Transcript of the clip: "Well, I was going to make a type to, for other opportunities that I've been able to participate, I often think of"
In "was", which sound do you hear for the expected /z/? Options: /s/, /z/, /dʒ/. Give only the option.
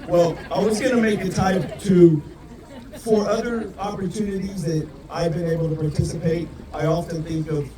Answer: /z/